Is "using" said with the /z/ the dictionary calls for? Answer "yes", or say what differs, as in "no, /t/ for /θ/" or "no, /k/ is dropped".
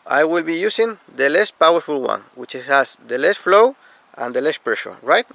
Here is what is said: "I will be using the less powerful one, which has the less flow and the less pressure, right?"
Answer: no, /s/ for /z/